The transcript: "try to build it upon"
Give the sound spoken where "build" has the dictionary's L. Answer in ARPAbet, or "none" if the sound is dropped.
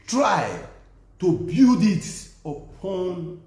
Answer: none